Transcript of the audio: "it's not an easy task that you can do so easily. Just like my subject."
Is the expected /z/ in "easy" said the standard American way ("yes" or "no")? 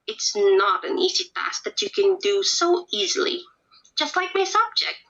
yes